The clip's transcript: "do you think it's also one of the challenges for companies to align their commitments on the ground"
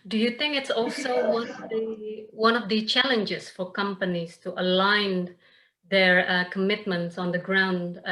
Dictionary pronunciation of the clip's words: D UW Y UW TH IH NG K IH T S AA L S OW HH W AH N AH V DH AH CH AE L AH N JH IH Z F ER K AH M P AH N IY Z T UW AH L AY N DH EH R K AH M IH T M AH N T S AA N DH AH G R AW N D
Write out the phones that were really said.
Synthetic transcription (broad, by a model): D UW Y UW TH IH NG K IH T S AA L S OW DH W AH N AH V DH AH CH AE L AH N JH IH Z F ER K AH M P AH N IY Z T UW AH L AY N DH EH R K AH M IH T M AH N T S AA N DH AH G R AW N D